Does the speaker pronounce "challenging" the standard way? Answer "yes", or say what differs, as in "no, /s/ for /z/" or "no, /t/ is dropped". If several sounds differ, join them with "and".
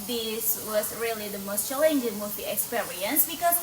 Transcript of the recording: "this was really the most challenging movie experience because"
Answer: no, /l/ is dropped